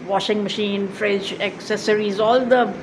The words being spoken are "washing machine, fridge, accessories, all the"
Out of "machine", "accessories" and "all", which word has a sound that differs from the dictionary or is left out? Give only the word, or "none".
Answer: none